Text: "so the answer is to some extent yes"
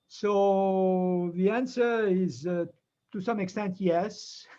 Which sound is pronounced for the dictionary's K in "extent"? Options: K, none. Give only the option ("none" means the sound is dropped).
K